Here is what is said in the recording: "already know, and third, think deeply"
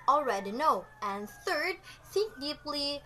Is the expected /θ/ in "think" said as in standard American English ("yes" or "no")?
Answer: no